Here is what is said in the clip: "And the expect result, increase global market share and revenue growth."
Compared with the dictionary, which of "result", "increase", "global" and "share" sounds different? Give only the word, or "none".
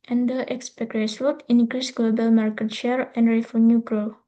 result